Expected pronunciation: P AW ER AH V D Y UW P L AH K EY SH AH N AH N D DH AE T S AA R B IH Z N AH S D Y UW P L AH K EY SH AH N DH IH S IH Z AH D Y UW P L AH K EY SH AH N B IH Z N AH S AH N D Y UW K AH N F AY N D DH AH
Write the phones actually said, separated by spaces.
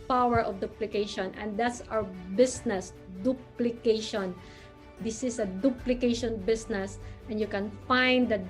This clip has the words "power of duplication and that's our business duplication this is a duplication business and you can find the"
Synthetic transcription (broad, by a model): P AW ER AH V D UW P L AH K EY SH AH N AH N D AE T S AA W B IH S N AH S D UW P L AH K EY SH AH N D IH S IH S AH D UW P L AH K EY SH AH N B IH S N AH S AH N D Y UW K AH N F AY N D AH